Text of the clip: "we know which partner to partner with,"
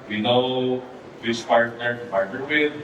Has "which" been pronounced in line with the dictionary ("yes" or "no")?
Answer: no